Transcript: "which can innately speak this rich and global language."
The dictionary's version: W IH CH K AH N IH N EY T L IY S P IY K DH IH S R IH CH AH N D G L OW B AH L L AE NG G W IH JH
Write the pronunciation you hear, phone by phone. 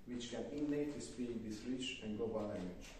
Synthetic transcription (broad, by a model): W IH CH K AH N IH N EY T IY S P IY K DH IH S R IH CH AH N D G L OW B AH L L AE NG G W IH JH